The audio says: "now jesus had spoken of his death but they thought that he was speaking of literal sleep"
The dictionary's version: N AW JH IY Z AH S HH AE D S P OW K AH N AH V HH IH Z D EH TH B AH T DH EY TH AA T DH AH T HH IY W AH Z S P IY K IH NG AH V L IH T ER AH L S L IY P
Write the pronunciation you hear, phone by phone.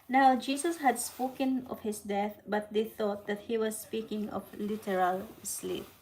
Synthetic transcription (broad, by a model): N AW JH IY S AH S HH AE D S P OW K AH N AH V HH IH S D EH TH B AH T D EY TH AA T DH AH T HH IY W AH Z S P IY K IH NG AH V L IH T ER AH L S L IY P